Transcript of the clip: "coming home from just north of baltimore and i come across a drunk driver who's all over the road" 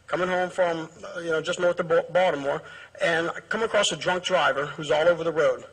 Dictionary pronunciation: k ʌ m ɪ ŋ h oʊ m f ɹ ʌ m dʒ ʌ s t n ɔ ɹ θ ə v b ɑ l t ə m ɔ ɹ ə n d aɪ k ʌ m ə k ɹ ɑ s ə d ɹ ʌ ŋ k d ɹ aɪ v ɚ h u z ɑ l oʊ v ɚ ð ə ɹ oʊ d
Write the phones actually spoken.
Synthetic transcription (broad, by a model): k ʌ m ɪ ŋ h oʊ m f ɹ ʌ m dʒ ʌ s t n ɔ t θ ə b b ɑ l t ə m ɔ ɹ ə n k ʌ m ə k ɹ ɑ s ə d ɹ ʌ ŋ k d ɹ aɪ v ɚ h u z ɑ l oʊ v ɚ ð ə ɹ oʊ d